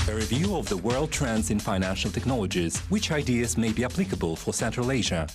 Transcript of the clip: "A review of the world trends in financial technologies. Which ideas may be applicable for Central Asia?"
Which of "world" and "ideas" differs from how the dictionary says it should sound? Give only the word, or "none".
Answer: none